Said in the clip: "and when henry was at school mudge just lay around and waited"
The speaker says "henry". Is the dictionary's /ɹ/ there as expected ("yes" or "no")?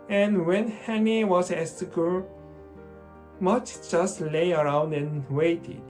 no